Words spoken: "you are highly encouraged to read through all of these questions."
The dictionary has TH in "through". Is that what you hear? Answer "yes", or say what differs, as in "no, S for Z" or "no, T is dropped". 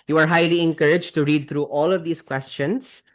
no, T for TH